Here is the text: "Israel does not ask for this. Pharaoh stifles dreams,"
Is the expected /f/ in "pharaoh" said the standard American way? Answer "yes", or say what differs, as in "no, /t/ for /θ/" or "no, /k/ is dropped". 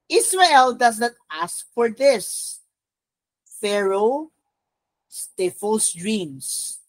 yes